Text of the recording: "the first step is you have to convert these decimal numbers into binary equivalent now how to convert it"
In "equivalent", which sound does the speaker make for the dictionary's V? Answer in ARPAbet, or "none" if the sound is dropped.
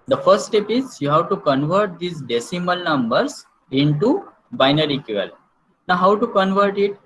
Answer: none